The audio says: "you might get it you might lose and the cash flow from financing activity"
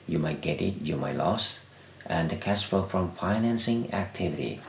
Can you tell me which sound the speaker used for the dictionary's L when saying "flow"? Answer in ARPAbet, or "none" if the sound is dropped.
none